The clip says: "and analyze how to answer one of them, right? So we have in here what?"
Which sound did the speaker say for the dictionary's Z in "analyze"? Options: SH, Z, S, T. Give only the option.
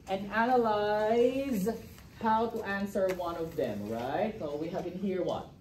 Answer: Z